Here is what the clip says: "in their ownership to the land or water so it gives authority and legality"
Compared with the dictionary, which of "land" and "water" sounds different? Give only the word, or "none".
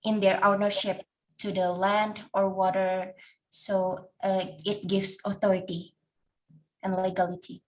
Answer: none